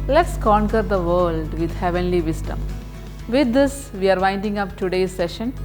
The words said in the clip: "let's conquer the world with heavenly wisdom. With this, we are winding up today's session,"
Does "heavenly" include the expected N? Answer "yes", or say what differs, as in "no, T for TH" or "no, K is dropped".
yes